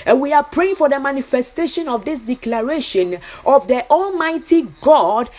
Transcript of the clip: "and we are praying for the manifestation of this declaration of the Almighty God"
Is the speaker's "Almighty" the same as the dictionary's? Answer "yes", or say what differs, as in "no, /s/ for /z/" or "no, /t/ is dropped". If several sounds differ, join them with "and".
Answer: yes